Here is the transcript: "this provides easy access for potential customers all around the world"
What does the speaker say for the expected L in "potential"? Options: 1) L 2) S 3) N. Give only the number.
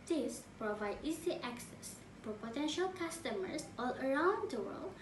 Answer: 1